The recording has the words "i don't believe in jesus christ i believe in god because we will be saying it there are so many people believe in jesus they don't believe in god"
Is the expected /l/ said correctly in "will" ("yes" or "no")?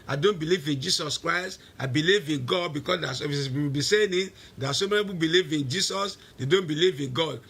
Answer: no